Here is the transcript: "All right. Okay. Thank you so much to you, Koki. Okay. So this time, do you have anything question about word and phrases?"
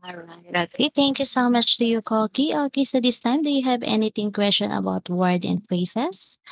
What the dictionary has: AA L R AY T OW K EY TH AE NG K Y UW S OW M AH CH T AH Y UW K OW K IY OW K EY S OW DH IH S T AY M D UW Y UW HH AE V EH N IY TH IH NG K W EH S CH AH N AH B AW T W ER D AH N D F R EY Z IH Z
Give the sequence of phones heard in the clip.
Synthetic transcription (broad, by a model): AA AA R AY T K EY T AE NG K Y UW S OW M AH CH T AH Y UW K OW K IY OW K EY S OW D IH S T AY M D UW Y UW HH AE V EH N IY T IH NG K W EH S CH AH N AH B AW T W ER D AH N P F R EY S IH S